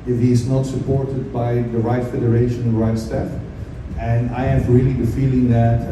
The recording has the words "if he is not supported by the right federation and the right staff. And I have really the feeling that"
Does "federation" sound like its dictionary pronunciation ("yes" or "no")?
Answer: no